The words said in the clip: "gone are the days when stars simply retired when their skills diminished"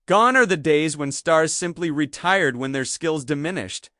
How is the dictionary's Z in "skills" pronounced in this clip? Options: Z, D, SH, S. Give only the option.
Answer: Z